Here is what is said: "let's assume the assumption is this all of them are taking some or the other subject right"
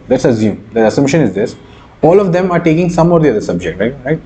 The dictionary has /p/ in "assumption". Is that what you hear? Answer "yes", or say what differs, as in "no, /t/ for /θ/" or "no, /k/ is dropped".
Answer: no, /p/ is dropped